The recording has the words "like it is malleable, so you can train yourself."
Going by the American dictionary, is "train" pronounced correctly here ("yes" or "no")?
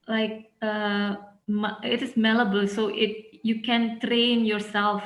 yes